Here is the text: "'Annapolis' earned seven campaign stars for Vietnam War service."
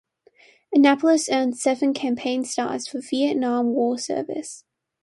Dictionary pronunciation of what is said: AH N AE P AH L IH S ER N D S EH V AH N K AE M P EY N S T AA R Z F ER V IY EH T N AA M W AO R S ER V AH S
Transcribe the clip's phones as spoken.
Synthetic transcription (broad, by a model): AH N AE P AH L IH S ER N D S EH V AH N K AE M P EY N S T AA R Z F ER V IY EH T N AA M W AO L S ER V AH S